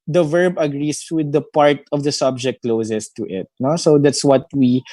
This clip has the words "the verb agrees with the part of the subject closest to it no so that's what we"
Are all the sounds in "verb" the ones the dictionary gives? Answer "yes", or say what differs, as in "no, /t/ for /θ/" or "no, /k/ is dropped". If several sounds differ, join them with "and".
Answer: yes